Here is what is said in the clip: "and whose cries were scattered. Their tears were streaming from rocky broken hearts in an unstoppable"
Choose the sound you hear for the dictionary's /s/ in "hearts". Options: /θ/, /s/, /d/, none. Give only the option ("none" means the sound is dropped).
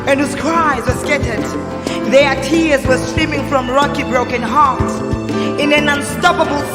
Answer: none